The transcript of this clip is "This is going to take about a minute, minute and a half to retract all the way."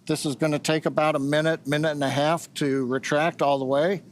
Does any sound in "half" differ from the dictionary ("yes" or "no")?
no